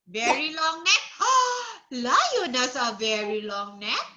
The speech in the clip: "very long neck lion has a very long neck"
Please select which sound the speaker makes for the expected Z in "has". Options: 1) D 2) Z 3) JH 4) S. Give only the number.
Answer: 4